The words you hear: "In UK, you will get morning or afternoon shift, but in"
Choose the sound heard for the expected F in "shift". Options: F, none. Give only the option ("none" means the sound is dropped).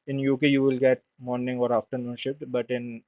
none